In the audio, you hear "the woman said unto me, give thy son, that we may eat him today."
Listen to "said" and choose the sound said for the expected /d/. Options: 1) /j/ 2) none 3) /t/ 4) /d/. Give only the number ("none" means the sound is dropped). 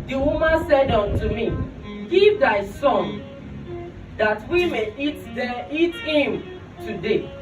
4